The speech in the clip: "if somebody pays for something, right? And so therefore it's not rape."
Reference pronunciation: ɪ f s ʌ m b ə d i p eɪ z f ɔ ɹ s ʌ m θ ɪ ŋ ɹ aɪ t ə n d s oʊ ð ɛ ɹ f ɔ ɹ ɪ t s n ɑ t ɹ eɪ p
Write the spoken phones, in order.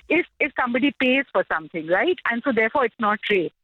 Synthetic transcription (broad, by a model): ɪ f s ʌ m b ə d i p eɪ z f ɔ ɹ s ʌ m t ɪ ŋ ɹ aɪ t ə n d s oʊ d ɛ ɹ f ɔ ɹ ɪ t s n ɑ t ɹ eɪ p